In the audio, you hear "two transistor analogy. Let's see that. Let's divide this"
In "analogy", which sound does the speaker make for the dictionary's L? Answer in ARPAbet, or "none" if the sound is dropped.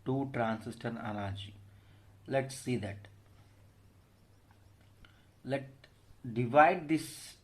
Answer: N